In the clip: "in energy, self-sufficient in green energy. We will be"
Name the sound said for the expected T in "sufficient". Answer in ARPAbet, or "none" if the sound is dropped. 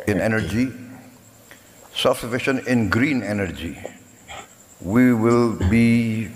none